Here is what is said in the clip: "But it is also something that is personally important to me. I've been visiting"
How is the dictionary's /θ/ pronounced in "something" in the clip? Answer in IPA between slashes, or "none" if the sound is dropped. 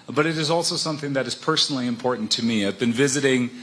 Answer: /θ/